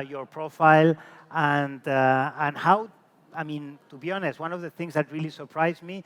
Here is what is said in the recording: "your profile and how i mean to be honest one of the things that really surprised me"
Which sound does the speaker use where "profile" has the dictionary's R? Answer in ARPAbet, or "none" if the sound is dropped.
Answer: R